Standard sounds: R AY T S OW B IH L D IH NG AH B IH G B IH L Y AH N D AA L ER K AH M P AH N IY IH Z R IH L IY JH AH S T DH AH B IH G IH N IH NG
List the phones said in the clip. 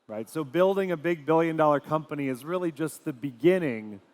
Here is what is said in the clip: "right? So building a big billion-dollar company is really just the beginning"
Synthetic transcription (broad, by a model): R AY T S OW B IH L D IH NG AH B IH G B IH L Y AH N D AA L ER K AH M P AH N IY IH Z R IH L IY JH AH S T DH AH B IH G IH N IH NG